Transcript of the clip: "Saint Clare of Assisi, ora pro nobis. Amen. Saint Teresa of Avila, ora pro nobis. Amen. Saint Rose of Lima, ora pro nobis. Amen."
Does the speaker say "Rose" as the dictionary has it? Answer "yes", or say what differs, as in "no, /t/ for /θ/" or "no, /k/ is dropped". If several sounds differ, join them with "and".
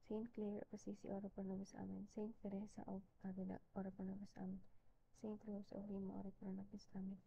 no, /s/ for /z/